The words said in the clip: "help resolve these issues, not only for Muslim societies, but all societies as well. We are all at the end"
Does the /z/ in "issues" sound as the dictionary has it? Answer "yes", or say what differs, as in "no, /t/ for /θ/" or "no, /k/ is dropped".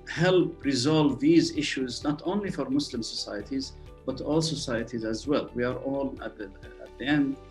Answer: yes